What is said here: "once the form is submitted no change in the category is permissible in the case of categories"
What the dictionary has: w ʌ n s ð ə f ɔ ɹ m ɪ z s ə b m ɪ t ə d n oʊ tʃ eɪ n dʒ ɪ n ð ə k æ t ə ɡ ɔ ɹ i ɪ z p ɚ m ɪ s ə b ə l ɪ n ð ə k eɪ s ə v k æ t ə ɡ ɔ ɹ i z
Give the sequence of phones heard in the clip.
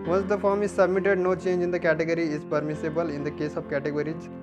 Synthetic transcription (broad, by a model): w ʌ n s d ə f ɔ ɹ m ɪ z s ə b m ɪ t ə d n oʊ tʃ eɪ n dʒ ɪ n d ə k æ t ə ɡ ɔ ɹ i ɪ z p ɚ m ɪ s ə b ə l ɪ n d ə k eɪ s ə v k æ t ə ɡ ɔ ɹ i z